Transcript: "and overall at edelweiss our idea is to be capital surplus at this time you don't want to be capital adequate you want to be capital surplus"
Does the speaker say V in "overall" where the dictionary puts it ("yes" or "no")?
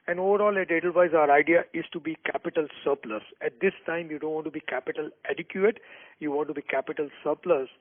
yes